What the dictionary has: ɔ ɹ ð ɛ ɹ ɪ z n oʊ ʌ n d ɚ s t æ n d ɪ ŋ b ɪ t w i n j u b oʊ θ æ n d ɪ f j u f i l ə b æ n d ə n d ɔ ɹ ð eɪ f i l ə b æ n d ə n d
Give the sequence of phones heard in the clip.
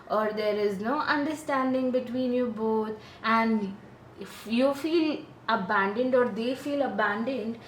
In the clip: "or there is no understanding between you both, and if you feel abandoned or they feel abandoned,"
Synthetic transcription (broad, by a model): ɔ ɹ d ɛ ɹ ɪ z n oʊ ʌ n d ɚ s t æ n d ɪ ŋ b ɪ t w i n j u b oʊ t æ n d ɪ f j u f i l ə b æ n d ə n d ɔ ɹ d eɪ f i l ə b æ n d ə n d